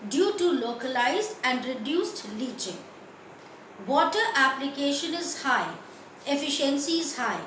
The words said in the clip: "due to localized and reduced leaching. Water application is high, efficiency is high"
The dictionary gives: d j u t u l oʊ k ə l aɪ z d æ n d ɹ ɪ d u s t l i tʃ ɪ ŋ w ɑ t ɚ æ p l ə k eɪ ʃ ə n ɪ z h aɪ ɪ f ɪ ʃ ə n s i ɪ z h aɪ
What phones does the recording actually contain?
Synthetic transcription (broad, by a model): d j u t u l oʊ k ə l aɪ z d æ n d ɹ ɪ d u s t l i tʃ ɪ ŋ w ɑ t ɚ æ p l ə k eɪ ʃ ə n ɪ z h aɪ ɪ f ɪ ʃ ə n s i ɪ z h aɪ